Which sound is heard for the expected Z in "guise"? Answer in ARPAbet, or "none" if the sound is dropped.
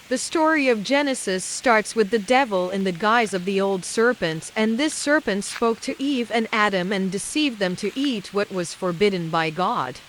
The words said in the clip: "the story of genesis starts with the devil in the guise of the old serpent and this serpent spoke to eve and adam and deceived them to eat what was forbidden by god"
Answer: Z